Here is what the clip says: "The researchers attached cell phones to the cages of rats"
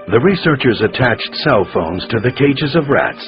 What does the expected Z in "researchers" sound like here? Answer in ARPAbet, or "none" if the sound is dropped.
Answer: Z